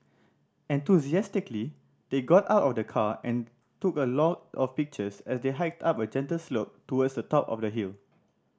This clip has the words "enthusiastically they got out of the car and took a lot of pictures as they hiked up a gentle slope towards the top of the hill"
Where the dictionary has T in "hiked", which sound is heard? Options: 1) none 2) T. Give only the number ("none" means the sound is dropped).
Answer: 2